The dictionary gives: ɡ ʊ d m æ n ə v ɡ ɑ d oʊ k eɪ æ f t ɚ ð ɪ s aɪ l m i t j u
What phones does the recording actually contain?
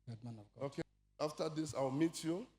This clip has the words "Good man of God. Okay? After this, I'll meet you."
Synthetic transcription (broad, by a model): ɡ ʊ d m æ n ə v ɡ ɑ oʊ k eɪ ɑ f t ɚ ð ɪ s aɪ w m i t j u